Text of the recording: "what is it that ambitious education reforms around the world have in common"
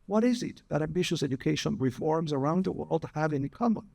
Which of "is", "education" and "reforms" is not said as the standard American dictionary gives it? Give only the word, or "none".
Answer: none